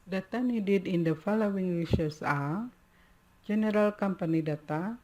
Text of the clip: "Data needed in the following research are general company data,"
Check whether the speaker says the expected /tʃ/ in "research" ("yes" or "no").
no